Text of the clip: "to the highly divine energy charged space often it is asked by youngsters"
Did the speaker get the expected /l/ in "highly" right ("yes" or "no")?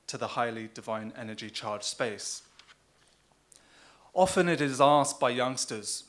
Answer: yes